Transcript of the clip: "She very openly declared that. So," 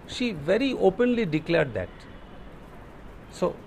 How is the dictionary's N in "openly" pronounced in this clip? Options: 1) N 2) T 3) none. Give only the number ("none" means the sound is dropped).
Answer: 1